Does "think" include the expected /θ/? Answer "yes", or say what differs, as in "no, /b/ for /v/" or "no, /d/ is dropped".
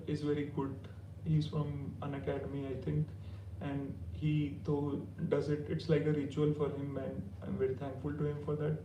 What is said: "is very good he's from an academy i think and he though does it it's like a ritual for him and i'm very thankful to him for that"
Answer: no, /t/ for /θ/